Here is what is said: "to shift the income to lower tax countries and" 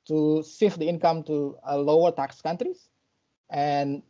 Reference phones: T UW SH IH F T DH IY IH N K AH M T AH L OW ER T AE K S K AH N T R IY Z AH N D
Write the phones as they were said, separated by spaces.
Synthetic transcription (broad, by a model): T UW S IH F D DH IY IH N K AH M T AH L OW ER T AE K S K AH N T R IY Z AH N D